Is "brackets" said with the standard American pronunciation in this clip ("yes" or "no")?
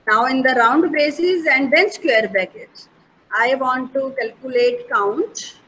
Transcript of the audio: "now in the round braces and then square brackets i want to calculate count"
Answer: no